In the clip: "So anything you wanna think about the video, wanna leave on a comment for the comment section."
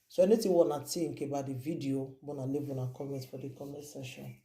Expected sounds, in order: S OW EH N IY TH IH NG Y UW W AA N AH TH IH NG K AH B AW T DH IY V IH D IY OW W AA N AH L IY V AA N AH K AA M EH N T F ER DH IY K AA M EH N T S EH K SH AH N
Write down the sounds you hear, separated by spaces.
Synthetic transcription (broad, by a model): S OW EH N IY T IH W AA N AH T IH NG K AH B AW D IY V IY D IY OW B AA N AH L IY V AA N AH K AA M EH N T F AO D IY K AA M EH T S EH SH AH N